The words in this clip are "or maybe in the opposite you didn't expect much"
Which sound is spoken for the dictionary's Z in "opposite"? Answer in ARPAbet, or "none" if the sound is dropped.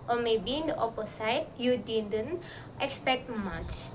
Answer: S